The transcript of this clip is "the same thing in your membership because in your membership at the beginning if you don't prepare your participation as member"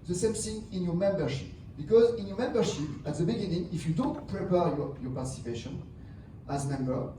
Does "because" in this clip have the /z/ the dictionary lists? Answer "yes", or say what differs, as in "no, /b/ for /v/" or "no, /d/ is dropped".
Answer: yes